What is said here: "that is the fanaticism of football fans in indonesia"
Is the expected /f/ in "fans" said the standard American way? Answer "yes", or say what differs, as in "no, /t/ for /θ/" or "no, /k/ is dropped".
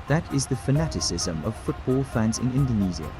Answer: yes